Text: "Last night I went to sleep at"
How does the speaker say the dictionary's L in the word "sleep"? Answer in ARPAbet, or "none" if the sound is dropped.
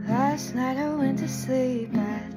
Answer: L